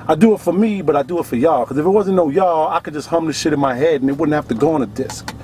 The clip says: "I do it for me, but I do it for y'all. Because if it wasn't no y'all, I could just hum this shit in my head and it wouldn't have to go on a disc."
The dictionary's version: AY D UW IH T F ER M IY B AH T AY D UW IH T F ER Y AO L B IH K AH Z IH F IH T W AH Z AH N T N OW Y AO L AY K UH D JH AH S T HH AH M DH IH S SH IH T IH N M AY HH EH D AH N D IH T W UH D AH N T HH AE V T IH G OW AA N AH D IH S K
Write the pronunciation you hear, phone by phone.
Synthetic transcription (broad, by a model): AY D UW IH T F ER M IY B AH T AY D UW IH T F ER Y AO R K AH Z IH F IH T W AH Z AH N N OW Y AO AY K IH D JH AH S T HH AH M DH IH SH IH T IH N M AY HH EH D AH N IH T W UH D N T HH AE F T IH G OW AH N AH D IH S K